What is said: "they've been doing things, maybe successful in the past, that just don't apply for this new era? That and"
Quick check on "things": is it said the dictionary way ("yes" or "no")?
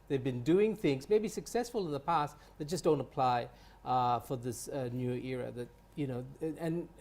yes